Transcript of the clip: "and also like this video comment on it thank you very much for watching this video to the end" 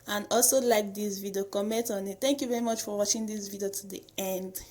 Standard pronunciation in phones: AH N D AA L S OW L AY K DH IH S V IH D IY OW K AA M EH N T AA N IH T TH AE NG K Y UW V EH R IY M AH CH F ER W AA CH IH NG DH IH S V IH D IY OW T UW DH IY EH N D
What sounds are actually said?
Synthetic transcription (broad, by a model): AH N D AA L S OW L AY K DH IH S V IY D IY OW K AA M EH N T AA N IH T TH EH NG K Y UW V EH R IY M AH CH F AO W AA CH IH NG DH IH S V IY D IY OW T UW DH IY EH N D